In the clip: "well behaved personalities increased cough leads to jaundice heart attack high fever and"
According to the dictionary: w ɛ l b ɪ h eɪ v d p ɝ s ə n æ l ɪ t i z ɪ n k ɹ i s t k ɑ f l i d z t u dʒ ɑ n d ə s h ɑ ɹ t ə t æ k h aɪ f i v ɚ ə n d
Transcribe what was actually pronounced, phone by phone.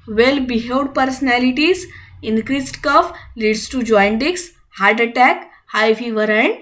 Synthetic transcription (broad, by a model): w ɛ l b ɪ h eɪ d p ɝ s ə n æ l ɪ t i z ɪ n k ɹ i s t k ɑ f l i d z t u dʒ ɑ n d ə s h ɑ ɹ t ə t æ k h aɪ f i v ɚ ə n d